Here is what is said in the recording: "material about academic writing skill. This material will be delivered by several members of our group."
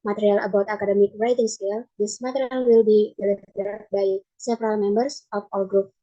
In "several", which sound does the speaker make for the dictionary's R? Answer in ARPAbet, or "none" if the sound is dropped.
R